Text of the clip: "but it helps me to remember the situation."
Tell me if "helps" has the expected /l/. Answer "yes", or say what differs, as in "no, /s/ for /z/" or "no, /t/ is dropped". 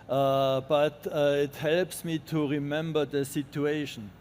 yes